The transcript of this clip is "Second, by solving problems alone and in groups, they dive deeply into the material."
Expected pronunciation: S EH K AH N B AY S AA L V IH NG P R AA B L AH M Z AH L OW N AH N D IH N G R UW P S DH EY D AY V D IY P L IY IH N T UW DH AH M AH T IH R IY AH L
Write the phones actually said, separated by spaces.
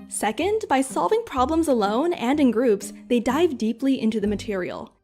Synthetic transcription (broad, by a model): S EH K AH N B AY S AA L V IH NG P R AA B L AH M Z AH L OW N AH N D IH N G R UW P S DH EY D AY V D IY P L IY IH N T UW DH AH M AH T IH R IY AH L